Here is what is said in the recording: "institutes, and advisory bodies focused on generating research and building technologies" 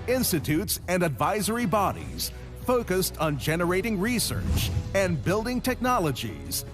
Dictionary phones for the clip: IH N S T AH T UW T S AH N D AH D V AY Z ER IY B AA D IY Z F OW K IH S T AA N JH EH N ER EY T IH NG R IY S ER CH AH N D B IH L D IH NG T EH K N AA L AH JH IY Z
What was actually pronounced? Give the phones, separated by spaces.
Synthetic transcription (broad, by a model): IH N S T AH T UW T S AH N D AH D V AY Z ER IY B AA D IY Z F OW K IH S T N JH EH N ER EY T IH NG R IY S ER CH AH N B IH L D IH NG T EH K N AA L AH JH IY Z